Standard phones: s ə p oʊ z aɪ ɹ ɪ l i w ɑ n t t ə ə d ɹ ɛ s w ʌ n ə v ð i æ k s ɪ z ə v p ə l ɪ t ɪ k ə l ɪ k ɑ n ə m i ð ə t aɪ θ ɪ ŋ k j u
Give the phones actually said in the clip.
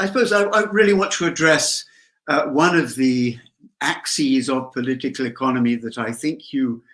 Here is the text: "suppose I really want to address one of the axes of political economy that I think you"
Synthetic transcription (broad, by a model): s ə p oʊ z aɪ ɹ ɪ l i w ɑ n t t ə ə d ɹ ɛ s w ʌ n ə v ð i æ k s ɪ z ə v p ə l ɪ t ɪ k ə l ɪ k ɑ n ə m i ð ə t aɪ θ ɪ ŋ k j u